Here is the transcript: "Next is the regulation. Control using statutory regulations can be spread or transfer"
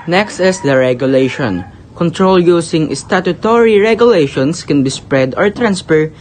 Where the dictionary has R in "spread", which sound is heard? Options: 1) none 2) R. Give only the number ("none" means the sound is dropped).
2